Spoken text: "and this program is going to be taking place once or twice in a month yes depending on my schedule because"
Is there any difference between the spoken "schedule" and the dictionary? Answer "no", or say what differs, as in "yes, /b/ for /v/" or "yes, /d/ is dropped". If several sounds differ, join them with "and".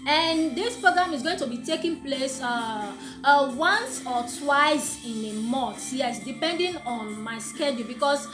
no